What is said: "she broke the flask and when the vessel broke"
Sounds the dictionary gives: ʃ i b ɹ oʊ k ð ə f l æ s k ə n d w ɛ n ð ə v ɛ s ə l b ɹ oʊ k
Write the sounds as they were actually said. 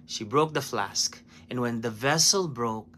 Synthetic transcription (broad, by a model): ʃ i b ɹ oʊ k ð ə f l æ s k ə n w ɛ n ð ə v ɛ s ə l b ɹ oʊ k